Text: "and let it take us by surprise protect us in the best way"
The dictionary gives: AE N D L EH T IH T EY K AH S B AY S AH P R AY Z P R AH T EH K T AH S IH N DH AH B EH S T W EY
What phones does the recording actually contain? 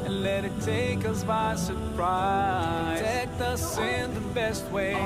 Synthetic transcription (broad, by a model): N L EH T IH T EY K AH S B AY S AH R P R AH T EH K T AH S IH N DH AH B EH S T W EY